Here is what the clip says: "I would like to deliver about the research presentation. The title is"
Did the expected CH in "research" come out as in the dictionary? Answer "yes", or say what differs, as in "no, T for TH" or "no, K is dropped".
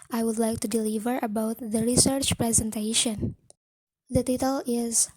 yes